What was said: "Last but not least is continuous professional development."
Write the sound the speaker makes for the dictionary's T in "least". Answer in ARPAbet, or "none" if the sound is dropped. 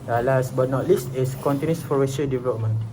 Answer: T